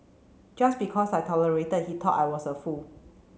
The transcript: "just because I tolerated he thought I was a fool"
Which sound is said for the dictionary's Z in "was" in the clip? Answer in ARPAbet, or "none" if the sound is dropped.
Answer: S